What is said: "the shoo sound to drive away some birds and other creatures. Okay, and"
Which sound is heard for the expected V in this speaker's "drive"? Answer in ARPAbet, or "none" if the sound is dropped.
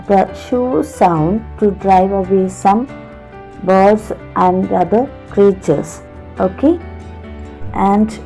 V